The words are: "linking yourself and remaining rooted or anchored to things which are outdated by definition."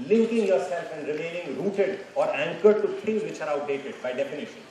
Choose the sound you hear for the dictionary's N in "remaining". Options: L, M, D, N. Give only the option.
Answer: L